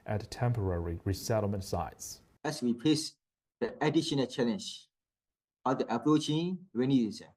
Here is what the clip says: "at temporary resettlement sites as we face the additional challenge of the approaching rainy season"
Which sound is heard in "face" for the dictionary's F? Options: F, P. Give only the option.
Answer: P